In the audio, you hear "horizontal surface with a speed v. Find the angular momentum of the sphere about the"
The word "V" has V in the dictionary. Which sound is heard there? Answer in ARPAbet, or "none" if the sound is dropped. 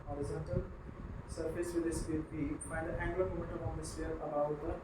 P